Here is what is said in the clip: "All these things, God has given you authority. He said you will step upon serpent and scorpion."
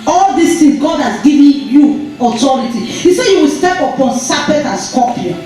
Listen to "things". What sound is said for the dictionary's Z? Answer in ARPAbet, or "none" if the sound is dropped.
none